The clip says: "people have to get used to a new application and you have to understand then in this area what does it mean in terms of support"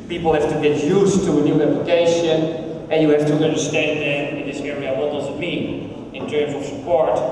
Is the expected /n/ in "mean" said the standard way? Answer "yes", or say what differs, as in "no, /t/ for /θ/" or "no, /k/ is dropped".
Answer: no, /n/ is dropped